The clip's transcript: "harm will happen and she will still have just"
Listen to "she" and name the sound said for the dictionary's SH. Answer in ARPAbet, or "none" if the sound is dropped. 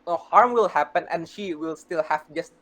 SH